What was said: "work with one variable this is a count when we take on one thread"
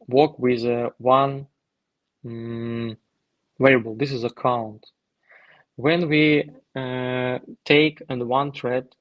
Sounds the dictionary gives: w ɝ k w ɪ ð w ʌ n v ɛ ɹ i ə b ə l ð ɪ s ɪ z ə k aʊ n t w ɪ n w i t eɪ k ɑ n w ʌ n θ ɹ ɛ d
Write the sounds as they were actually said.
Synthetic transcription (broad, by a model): w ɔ k w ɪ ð w ʌ n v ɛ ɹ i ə b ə l ð ɪ s ɪ z ə k aʊ n t w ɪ n w i t eɪ k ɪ n w ʌ n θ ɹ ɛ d